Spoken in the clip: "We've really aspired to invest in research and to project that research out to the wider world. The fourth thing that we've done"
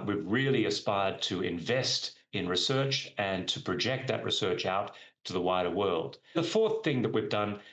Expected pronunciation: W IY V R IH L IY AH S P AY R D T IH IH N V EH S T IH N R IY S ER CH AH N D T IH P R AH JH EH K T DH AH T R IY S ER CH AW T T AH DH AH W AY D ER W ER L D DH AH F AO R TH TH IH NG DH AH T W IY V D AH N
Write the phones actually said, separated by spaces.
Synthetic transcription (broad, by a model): W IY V R IH L IY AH S P AY R D T IH IH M V EH S T IH N R IY S ER CH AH N T IH P R AH JH EH K T DH AH T R IY S ER CH AW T T AH DH AH W AY D ER W ER L D DH AH F AO R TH TH IH NG DH AH T W IY V D AH N